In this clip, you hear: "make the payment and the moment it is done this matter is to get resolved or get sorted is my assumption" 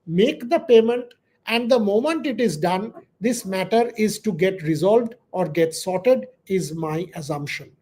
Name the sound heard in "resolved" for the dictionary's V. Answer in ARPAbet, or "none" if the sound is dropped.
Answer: V